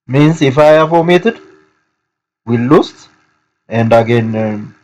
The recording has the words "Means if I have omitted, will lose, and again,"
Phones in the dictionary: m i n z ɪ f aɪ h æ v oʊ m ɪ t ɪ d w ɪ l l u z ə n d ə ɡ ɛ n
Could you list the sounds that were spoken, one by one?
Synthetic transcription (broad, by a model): m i n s ɪ f aɪ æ f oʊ m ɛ t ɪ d w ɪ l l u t ə n d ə ɡ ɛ n